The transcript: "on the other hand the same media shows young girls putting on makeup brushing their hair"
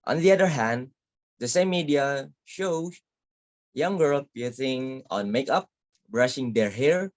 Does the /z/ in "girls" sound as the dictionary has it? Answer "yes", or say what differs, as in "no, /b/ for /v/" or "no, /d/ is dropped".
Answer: no, /z/ is dropped